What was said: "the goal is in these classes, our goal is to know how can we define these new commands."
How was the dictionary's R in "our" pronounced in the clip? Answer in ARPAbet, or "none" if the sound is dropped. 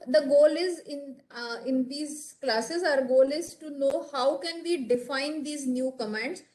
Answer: R